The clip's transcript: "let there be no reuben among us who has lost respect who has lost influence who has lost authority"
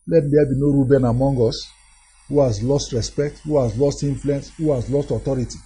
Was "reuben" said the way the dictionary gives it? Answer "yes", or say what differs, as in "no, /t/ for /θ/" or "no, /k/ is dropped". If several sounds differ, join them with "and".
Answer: yes